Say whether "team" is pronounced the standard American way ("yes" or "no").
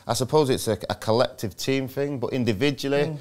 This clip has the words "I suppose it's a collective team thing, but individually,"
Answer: yes